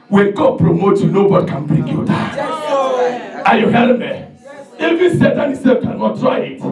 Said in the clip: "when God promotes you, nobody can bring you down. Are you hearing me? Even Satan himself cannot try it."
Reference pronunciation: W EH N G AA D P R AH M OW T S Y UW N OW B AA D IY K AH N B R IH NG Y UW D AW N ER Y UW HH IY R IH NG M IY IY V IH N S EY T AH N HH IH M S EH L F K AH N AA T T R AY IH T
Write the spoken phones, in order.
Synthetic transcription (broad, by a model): W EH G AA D P R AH M OW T Y UW N OW B AA D IY K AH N B R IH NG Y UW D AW AA Y UW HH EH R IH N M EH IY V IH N S EY T AH N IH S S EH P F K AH N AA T T R AY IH T